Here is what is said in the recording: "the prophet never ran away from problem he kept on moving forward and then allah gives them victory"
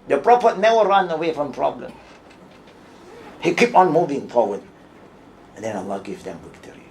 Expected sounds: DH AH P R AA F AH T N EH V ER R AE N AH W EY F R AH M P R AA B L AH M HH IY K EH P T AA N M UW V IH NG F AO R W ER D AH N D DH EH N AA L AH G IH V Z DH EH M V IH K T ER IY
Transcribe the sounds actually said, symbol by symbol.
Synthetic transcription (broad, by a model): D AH P R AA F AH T N EH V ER R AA N AH W EY F R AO M P R AA B L AH M HH IY K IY P AA N M UW V IH NG F AO W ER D AH N D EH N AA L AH G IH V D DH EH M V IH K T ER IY